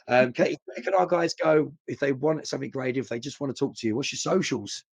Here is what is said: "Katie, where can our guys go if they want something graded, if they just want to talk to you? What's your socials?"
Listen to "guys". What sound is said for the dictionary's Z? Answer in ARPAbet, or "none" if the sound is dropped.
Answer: Z